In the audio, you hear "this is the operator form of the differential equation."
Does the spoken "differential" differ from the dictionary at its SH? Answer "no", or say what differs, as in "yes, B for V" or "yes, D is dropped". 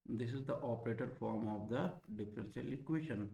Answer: yes, S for SH